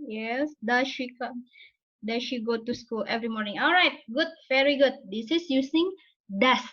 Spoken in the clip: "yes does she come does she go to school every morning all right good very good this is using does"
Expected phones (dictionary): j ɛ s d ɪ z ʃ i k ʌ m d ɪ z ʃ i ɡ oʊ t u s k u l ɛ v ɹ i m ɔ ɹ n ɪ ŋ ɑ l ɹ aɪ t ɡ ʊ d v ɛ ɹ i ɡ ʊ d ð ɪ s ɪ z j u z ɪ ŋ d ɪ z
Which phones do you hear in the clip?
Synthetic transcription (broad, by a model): j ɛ s d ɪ ʃ i k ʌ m d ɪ ʃ i ɡ oʊ t u s k u l ɛ v ɹ i m ɔ ɹ n ɪ ŋ ɑ l ɹ aɪ t ɡ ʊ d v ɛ ɹ i ɡ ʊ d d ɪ s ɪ s j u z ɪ ŋ d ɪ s